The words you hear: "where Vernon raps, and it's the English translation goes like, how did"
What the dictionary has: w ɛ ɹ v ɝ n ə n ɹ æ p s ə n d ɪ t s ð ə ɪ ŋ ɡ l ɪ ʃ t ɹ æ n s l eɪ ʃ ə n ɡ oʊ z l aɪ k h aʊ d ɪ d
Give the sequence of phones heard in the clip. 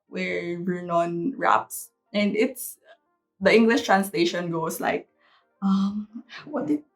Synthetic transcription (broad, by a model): w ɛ ɹ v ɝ n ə n ɹ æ p s ə n d ɪ t s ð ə ɪ ŋ ɡ l ɪ ʃ t ɹ æ n s l eɪ ʃ ə n ɡ oʊ s l aɪ k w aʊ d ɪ